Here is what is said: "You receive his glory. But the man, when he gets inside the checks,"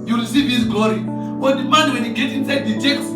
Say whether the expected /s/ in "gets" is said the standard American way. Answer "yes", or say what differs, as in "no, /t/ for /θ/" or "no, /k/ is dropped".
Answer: no, /s/ is dropped